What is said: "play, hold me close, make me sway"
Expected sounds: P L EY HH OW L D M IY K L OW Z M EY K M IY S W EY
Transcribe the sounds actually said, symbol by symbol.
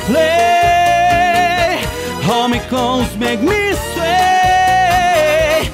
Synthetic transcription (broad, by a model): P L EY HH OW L M IY K OW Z M EY K M IY S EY